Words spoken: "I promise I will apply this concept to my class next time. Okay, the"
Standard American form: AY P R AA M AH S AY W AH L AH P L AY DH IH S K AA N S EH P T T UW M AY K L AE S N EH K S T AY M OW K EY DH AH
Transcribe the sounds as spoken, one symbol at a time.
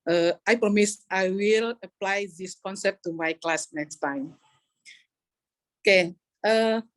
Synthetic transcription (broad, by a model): AY P R AA M AH S AY W AH L AH P L AY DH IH S K AA N S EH P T T UW M AY K L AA S N EH K S T AY M OW K EY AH